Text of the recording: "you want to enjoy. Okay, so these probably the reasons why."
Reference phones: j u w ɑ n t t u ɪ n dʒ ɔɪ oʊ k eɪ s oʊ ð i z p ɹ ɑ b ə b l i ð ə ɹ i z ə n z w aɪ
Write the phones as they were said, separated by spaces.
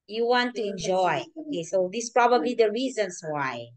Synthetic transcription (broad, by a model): j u w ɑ n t t u ɪ n dʒ ɔɪ oʊ k eɪ s oʊ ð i s p ɹ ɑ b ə b l i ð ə ɹ i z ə n s w aɪ